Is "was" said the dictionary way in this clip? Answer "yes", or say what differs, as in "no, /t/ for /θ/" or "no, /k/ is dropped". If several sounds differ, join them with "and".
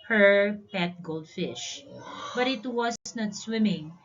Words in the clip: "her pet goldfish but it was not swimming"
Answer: no, /s/ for /z/